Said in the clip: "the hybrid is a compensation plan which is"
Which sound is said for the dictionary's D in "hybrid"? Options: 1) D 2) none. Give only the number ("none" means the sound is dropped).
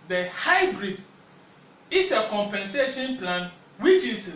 1